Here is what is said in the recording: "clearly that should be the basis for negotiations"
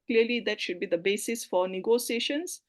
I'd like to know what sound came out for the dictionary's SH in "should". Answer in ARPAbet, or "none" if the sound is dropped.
SH